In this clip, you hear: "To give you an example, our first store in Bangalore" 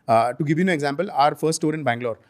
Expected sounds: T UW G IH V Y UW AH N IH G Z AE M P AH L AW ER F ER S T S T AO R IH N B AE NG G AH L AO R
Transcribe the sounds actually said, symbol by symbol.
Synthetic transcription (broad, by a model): T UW G IH V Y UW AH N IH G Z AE M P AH L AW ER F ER T S T AO R IH N B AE NG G L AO R